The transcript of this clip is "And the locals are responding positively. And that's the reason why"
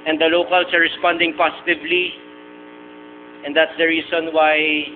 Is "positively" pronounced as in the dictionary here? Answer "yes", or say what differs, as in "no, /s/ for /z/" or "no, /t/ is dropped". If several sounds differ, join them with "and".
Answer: no, /s/ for /z/